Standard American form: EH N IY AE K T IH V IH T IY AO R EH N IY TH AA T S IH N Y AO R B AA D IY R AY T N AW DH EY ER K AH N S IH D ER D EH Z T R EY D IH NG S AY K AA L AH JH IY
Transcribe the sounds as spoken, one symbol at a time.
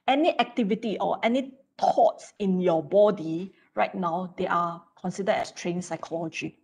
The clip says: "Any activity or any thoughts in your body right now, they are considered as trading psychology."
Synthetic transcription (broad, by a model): EH N IY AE K T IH V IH T IY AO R EH N IY T AA T S IH N Y AO B AA D IY R AY T N AW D EY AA K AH N S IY D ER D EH S T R EY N S AY K AA L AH JH IY